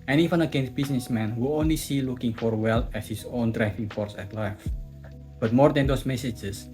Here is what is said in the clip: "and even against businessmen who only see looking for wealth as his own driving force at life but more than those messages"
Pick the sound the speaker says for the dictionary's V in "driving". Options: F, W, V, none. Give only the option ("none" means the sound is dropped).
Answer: F